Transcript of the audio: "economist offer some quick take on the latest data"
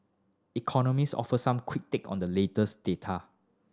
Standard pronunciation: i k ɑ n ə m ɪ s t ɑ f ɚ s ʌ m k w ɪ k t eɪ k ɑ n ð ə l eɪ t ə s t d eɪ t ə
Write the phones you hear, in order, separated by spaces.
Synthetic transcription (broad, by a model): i k ɑ n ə m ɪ s ɑ f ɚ s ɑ m k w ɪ k t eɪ k ɑ n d ə l eɪ t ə s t d eɪ t ə